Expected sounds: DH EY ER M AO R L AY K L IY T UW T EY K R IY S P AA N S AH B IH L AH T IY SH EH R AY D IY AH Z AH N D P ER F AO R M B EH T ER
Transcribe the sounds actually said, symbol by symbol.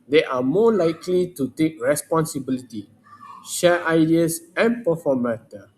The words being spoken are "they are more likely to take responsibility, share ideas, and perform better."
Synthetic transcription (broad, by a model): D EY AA M AO L AY K L IY T UW T EY K R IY S P AA N S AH B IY L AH T IY SH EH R AY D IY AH S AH N P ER F AO M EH T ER